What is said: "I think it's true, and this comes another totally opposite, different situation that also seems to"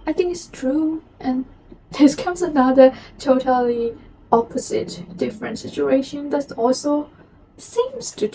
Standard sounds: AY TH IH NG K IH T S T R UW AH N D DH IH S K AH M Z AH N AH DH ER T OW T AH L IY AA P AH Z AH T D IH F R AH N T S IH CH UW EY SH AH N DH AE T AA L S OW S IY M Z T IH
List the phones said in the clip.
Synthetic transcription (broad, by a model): AY TH IH NG K IH T S T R UW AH N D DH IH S K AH M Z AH N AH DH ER T OW T AH L IY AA P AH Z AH T D IH F R AH N T S IH CH UW EY SH AH N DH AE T AA L S OW S IY M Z T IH